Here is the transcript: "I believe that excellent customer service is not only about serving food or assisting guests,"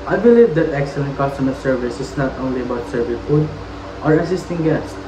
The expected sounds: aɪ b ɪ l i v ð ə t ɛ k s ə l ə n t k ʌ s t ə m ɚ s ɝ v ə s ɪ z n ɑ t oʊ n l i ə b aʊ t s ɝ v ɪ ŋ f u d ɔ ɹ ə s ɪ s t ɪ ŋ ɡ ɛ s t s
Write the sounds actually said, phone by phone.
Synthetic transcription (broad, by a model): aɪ b ɪ l i v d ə t ɛ k s ə l ə n t k ʌ s t ə m ɚ s ɝ v ə s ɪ s n ɑ t oʊ n l i ə b aʊ t s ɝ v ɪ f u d ɔ ɹ ə s ɪ s t ɪ ŋ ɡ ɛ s s